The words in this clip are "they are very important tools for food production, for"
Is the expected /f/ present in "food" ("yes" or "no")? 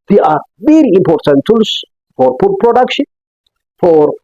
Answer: no